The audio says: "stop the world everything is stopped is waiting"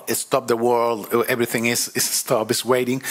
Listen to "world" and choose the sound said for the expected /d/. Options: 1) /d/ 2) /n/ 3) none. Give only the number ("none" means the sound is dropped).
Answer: 1